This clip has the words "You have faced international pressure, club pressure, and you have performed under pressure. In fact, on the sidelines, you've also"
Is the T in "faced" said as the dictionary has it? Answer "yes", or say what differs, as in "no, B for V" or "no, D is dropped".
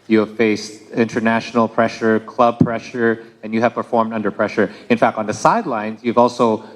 yes